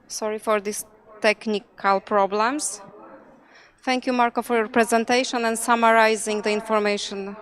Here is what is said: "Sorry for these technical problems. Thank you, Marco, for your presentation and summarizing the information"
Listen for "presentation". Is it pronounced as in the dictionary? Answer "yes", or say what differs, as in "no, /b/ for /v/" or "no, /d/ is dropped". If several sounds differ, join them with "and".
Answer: yes